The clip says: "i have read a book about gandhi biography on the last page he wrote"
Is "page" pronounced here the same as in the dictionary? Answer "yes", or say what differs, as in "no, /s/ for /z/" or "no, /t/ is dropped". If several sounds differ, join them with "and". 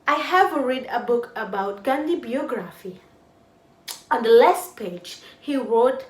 yes